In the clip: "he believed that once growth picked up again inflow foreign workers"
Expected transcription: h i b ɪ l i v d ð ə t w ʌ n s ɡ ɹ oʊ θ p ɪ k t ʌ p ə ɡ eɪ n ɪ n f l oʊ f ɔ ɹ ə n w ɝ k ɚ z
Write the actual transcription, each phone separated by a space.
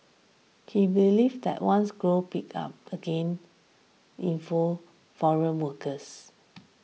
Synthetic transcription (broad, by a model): h i b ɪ l i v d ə t w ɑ n s ɡ ɹ oʊ p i k ɑ p ə ɡ eɪ n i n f oʊ f ɔ ɹ ə n w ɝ k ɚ s